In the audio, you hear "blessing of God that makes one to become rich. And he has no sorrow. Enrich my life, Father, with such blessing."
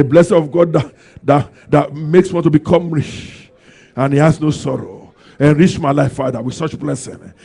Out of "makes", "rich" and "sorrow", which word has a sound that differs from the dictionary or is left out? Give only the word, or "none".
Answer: rich